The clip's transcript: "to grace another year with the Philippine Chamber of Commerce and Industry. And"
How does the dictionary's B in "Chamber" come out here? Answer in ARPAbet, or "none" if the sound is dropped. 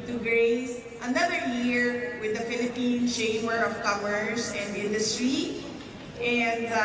none